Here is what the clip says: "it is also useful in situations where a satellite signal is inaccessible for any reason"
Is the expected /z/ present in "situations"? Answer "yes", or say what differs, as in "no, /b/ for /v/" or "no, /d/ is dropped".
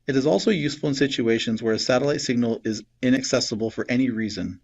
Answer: yes